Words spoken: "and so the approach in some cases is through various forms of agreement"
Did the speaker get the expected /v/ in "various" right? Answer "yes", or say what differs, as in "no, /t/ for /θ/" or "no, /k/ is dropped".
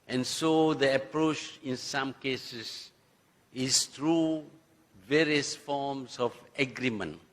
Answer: yes